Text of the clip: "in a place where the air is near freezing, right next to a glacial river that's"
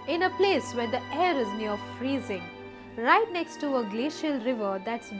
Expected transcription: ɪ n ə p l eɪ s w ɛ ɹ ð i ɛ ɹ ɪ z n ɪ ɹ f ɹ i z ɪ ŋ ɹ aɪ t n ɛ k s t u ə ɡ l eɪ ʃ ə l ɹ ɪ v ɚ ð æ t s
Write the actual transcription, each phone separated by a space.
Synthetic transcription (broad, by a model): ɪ n ə p l eɪ s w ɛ ɹ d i ɛ ɹ ɪ z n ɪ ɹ f ɹ i z ɪ ŋ ɹ aɪ t n ɛ k s t u ə ɡ l eɪ ʃ ə l ɹ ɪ v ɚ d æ t s